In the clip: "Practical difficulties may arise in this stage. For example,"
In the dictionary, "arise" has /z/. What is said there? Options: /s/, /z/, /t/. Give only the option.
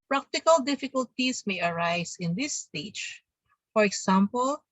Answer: /s/